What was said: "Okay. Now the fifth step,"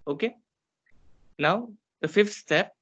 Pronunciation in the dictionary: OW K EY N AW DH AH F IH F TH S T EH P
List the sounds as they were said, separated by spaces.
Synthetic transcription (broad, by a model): OW K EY N AW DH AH F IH F T S T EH P